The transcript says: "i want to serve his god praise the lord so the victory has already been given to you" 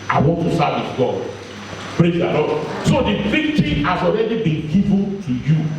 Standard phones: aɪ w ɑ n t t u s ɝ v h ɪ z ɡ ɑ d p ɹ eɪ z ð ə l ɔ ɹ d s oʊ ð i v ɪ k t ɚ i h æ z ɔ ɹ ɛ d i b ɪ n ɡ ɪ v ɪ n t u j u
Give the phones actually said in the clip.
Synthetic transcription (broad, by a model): aɪ w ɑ n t t u s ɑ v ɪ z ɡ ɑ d p ɹ eɪ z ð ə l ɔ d s oʊ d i f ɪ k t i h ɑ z ɔ ɹ ɛ d i b ɪ n ɡ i v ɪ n t u j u